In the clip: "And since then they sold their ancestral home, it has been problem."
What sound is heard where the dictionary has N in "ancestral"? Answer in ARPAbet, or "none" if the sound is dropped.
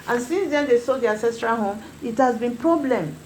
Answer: none